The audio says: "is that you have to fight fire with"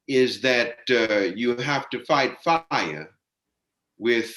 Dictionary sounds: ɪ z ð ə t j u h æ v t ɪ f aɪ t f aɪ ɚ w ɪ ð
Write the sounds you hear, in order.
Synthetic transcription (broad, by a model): ɪ z ð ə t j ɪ h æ f t ɪ f aɪ t f aɪ ɚ w ɪ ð